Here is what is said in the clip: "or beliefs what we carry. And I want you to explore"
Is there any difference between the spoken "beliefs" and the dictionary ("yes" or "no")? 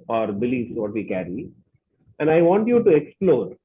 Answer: yes